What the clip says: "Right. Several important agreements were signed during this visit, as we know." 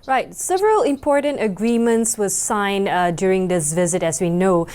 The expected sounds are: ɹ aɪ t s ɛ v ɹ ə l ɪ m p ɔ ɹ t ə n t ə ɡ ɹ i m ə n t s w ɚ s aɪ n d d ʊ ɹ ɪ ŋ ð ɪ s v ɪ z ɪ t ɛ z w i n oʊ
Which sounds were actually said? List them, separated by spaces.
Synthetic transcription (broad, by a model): ɹ aɪ t s ɛ v ɹ ə l ɪ m p ɔ ɹ t ə n t ə ɡ ɹ i m ə n t s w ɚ s aɪ n d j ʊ ɹ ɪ ŋ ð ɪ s v ɪ z ɪ t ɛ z w i n oʊ